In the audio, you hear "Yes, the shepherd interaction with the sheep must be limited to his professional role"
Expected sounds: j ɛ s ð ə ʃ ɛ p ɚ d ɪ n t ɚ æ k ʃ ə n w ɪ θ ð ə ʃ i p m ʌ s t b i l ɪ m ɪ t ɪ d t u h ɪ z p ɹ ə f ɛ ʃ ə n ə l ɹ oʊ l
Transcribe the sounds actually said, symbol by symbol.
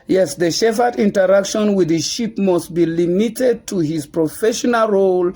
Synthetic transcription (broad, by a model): j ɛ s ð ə ʃ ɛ f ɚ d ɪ n t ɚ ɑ k ʃ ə n w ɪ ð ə ʃ i p m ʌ s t b i l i m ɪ t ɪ d t u h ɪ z p ɹ ə f ɛ ʃ ə n ə l ɹ oʊ l